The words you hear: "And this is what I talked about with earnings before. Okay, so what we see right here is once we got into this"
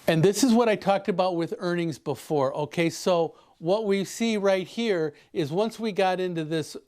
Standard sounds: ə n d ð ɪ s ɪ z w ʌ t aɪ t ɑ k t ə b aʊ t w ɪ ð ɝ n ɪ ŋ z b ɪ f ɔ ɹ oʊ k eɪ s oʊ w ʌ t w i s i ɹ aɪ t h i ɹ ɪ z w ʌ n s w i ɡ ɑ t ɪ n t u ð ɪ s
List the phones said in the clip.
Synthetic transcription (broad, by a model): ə n ð ɪ s ɪ z w ʌ t aɪ t ɑ k t ə b aʊ t w ɪ ð ɝ n ɪ ŋ z b ɪ f ɔ ɹ oʊ k eɪ s oʊ w ʌ t w i s i ɹ aɪ t h i ɹ ɪ z w ʌ n s w i ɡ ɑ t ɪ n t u ð ɪ s